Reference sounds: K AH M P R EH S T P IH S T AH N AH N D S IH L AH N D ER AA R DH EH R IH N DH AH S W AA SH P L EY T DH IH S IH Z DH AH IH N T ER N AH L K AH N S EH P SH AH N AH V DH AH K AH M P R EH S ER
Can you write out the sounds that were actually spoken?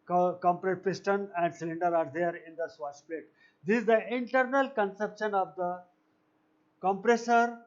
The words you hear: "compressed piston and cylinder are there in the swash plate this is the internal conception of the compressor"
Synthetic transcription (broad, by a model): K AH M P R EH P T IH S T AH N AH N D S IH L AH N D ER AA R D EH R IH N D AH S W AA S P EY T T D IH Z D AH IH N T ER N AH L K AH N S EH P SH AH N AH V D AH K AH M P R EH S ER